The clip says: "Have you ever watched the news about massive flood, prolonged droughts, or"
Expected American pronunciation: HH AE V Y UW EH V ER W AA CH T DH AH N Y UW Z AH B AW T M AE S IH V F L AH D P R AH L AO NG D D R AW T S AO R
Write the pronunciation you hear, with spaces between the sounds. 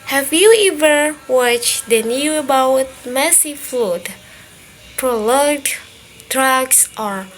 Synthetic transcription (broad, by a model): HH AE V Y UW EH V ER W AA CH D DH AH N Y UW AH B AW T M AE S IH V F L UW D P R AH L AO D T R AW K S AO R